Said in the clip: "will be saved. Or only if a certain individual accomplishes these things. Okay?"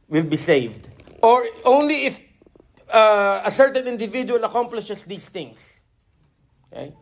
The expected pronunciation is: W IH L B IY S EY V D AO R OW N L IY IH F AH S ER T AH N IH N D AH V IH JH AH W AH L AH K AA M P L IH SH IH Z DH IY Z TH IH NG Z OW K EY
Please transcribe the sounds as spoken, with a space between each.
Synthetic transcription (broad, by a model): W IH L B IY S EY V D AO R OW N L IY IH F AH S ER T AH N IH N D AH V IH JH AH W AH L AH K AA M P L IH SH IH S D IY S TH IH NG S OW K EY